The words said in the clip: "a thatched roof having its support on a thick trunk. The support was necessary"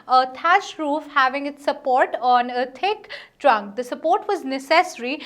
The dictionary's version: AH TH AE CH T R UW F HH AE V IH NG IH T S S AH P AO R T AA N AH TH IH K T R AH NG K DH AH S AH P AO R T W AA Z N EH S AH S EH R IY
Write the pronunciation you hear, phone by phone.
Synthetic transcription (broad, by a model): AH T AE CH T R UW F HH AE V IH NG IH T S S AH P AO R T AA N AH T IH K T R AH NG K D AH S AH P AO R T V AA Z N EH S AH S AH R IY